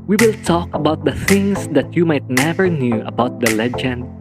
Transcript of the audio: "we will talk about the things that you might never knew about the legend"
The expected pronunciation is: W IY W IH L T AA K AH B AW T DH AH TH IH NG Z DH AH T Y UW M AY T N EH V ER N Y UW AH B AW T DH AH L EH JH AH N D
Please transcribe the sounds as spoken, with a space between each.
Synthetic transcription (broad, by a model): W IY W IH L T AA K AH B AW T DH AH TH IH NG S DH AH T Y UW M AY T N EH V ER N Y UW AH B AW T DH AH L EH JH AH N D